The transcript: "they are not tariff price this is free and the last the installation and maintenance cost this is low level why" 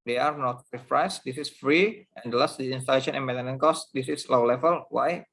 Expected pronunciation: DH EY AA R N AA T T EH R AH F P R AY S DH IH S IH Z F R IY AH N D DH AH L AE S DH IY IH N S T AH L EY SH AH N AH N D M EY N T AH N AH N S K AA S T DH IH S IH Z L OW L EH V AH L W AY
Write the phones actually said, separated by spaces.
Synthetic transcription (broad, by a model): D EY AA R N AA T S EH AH P R AY S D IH S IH S F R IY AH N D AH L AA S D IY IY N S T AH L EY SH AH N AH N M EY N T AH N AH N K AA S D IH S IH S L OW L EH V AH L W AY